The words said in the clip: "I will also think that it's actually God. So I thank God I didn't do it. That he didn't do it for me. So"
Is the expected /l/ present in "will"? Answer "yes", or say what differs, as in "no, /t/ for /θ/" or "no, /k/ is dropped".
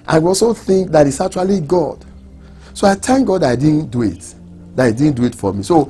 no, /w/ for /l/